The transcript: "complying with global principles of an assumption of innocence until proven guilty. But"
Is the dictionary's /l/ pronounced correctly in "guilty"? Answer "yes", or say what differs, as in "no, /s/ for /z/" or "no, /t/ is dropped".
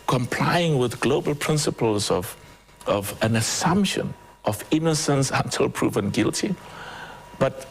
yes